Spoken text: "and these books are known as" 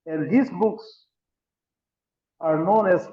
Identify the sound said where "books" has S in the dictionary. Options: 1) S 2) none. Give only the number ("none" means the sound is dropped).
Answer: 1